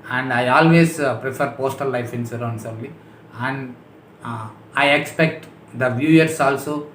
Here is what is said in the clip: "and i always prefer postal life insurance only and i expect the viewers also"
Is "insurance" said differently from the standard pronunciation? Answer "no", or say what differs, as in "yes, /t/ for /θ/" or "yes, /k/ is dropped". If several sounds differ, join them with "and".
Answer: yes, /s/ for /ʃ/